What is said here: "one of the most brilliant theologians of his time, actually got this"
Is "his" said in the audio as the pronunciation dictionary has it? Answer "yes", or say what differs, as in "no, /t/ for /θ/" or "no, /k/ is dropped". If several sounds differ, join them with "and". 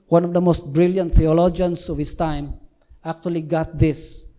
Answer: no, /s/ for /z/